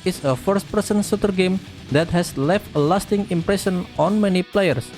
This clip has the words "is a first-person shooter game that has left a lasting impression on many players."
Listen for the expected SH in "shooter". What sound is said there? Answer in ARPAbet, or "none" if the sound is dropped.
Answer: S